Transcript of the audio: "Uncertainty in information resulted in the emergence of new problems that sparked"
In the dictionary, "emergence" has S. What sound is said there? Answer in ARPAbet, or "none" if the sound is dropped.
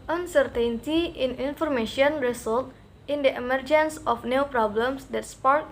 S